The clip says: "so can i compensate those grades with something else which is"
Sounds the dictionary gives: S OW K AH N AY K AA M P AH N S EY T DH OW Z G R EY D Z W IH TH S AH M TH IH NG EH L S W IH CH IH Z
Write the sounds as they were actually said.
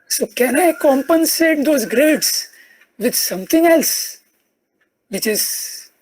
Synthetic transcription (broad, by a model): S OW K AH N AY K AA M P AH N S EY T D OW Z G R EY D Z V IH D S AH M T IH NG EH L S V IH CH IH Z